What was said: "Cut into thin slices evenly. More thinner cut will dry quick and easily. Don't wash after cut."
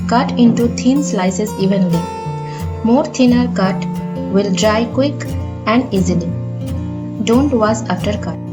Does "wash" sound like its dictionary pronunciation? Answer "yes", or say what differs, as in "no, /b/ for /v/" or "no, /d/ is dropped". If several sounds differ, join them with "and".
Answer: no, /s/ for /ʃ/